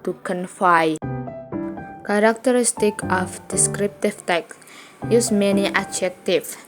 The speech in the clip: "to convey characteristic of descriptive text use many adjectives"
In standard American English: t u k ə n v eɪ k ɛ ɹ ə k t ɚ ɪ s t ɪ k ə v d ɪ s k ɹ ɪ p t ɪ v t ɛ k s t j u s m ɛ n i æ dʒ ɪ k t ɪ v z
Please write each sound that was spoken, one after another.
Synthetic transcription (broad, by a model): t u k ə n f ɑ k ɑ ɹ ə k t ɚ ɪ s t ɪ k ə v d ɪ s k ɹ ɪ p t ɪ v t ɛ k s j u s m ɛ n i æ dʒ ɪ k t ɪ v